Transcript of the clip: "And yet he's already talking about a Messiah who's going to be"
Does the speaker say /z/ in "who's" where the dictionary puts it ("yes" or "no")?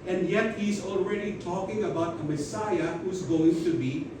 yes